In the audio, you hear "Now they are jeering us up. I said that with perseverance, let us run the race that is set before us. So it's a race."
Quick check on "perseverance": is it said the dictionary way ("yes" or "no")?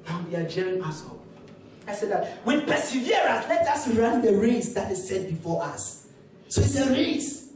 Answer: no